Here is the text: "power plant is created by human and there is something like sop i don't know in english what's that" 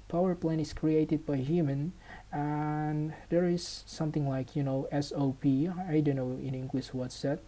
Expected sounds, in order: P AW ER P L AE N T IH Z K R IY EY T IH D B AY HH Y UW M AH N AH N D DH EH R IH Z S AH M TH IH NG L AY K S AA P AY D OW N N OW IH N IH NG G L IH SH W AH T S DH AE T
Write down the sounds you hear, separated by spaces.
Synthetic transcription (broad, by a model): P AW ER P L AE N IH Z K R IY EY T IH D B AY HH Y UW M AH N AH N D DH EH R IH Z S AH M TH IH NG L AY K S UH P AY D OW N N OW IH N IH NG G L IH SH W AH T S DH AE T